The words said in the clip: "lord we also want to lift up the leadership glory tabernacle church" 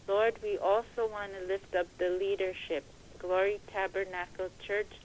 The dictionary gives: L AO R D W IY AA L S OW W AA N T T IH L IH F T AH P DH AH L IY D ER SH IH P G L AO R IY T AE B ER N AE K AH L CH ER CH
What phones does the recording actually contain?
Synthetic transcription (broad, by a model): L AO R D W IY AA L S OW W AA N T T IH L IH F T AH P DH AH L IY D ER SH IH P G L AO R IY T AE B ER N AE K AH L CH ER CH